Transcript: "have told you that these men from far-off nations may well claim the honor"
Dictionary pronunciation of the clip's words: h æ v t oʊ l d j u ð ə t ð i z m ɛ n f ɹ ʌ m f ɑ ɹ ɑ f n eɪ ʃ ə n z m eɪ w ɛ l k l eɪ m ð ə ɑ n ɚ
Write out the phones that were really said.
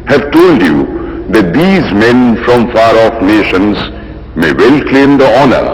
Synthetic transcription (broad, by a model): h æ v t oʊ l d j u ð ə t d i z m ɛ n f ɹ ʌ m f ɑ ɹ ɑ f n eɪ ʃ ə n z m eɪ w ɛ l k l eɪ m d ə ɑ n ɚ